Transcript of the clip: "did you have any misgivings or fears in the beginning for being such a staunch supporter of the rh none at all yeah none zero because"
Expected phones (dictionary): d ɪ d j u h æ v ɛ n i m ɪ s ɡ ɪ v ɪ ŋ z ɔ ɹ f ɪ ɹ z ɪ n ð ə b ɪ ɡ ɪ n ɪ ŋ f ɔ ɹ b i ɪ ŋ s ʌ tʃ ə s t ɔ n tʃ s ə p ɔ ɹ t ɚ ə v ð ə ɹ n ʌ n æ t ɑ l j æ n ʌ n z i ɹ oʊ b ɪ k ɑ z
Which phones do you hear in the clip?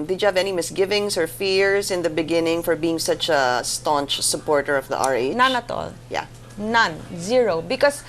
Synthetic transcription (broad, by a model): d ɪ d j u h æ v ɛ n i m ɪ s ɡ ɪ v ɪ ŋ s ɔ ɹ f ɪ ɹ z ɪ n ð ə b ɪ ɡ ɪ n ɪ ŋ f ɔ ɹ b i ɪ ŋ s ʌ tʃ ə s t ɔ n tʃ s ə p ɔ ɹ t ɚ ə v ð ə ɹ n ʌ n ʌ t ɑ l j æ n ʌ n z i ɹ oʊ b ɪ k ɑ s